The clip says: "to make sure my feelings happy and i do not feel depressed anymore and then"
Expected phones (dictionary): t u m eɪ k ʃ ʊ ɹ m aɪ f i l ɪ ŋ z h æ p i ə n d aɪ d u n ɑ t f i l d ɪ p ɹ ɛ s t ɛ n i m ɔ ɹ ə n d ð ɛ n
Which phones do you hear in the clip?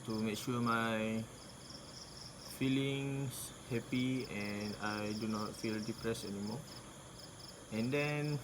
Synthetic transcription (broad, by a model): t u m eɪ k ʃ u m aɪ f i l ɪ ŋ s h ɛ p i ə n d aɪ d u n ɑ t f i l d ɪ p ɹ ɛ s ɛ n i m ɔ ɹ ə n d ɛ n